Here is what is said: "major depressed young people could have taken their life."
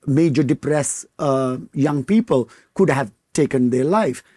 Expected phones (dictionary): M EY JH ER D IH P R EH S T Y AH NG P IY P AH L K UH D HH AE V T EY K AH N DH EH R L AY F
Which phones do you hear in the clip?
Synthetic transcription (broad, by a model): M EY JH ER D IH P R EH S Y AH NG P IY P AH L K UH D HH AE V T EY K AH N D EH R L AY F